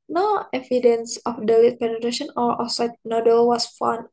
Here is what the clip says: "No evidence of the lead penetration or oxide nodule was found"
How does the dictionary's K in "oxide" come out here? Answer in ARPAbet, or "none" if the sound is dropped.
none